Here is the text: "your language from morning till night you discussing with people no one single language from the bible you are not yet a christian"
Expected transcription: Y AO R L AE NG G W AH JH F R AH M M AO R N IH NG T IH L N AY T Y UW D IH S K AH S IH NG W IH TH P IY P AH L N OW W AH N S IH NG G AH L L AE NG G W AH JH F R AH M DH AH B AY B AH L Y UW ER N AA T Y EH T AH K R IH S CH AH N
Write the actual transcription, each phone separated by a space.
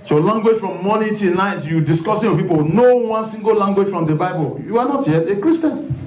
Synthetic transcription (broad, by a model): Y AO L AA NG G W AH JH F R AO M M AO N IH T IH N AY T Y UW D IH S K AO S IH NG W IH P IY P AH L N OW W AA N S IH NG G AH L L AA NG G W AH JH F R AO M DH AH B AY B AH L Y UW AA N AA T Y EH AH K R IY S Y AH N